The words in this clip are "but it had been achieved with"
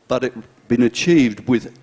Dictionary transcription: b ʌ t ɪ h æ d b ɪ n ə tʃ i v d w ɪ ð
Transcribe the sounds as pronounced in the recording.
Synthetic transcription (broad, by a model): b ʌ t ɪ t b ɪ n ə tʃ i v d w ɪ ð